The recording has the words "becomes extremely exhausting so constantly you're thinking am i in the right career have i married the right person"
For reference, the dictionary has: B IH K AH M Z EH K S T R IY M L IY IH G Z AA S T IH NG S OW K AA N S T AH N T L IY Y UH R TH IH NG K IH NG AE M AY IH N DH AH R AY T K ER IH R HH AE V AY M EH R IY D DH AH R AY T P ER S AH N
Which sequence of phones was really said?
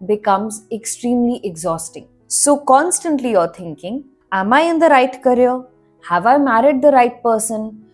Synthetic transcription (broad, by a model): B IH K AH M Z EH K S T R IY M L IY IH G Z AA S T IH NG S OW K AA N S T AH N T L IY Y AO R T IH NG K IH NG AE M AY IH N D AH R AY T K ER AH HH AE V AY M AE R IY D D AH R AY T P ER S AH N